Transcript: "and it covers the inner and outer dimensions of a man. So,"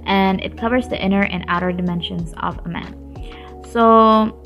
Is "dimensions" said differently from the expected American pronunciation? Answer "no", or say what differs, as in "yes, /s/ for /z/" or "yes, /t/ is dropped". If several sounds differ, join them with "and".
no